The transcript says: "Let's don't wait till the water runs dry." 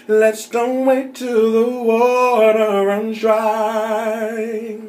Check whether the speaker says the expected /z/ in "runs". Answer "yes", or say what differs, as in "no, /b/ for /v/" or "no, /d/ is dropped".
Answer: no, /z/ is dropped